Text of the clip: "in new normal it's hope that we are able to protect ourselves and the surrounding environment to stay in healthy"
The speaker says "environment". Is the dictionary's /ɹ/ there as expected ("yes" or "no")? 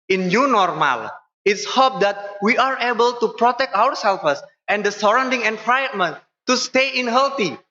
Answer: no